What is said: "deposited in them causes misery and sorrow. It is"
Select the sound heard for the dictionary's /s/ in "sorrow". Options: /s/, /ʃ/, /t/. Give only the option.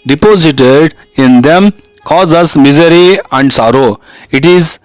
/s/